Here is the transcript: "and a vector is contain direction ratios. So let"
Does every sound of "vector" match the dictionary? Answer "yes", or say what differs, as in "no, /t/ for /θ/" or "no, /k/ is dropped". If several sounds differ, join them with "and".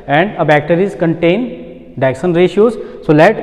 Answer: no, /b/ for /v/